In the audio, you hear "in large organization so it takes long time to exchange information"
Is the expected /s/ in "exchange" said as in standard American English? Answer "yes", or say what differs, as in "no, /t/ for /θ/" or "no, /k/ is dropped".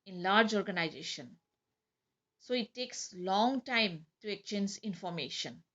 no, /s/ is dropped